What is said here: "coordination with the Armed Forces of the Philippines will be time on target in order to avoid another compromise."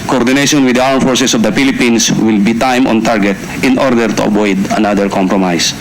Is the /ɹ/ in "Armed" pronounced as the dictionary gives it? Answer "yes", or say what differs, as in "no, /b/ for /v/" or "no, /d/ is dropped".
no, /w/ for /ɹ/